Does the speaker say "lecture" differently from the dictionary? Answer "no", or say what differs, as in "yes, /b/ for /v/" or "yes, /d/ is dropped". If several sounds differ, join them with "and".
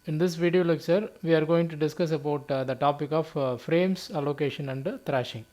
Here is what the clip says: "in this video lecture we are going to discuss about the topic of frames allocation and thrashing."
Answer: yes, /s/ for /tʃ/